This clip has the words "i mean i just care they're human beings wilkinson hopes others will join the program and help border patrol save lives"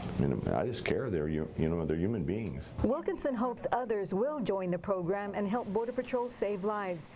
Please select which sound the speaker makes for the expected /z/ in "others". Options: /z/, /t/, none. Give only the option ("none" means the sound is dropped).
/z/